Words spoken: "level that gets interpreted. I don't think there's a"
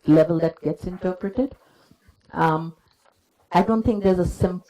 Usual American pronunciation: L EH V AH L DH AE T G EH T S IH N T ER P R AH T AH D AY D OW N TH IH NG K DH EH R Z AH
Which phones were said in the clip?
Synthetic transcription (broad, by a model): L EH V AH L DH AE T G EH T S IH N T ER P R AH T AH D AY D OW N T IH NG K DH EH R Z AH